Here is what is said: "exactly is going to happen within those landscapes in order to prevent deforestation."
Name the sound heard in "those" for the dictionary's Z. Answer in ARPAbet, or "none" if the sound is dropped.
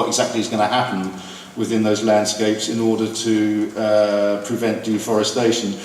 Z